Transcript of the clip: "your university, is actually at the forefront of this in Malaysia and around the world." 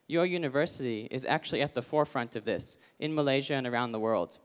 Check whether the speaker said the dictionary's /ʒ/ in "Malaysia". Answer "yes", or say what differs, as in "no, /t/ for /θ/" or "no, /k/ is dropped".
yes